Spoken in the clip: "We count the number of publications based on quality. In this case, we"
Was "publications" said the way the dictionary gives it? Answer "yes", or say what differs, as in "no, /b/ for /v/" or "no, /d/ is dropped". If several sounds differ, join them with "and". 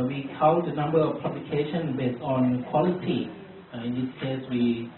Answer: no, /z/ is dropped